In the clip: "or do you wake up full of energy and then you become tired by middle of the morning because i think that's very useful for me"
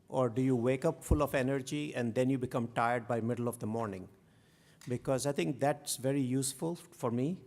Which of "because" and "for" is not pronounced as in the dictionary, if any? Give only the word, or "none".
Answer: none